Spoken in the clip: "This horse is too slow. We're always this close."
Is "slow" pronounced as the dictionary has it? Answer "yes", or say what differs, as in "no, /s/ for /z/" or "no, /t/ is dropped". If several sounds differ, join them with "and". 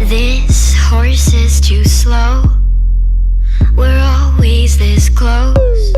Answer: yes